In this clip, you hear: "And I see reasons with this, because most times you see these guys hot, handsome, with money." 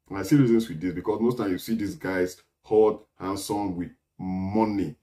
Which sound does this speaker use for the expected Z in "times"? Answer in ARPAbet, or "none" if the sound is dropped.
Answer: none